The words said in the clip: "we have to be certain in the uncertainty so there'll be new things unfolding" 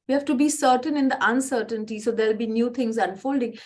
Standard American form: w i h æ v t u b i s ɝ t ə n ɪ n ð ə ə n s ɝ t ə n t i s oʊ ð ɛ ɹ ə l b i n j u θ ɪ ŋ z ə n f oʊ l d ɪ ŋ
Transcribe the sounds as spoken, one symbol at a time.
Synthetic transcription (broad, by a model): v i h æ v t u b i s ɝ t ə n ɪ n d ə ə n s ɝ t ə n t i s oʊ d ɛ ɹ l b i n j u t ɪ ŋ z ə n f oʊ l d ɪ ŋ